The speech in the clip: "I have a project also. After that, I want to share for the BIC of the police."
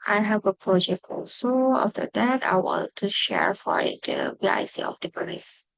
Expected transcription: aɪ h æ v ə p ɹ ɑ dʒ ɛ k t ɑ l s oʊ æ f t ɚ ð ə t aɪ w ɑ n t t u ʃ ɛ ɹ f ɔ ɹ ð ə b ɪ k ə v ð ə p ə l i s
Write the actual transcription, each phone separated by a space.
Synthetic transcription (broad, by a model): aɪ h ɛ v ə p ɹ ɑ dʒ ɛ k t ɑ l s oʊ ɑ f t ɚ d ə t aɪ w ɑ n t t u ʃ ɛ ɹ f ɔ ɹ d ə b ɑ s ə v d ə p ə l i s